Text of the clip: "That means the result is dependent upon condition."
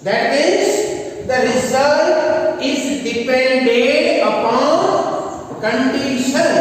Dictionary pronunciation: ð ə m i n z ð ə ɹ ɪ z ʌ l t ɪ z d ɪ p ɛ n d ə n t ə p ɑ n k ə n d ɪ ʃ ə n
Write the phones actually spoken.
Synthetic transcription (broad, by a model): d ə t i z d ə ɹ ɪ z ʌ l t ɪ z d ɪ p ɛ n d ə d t ə p ɑ n k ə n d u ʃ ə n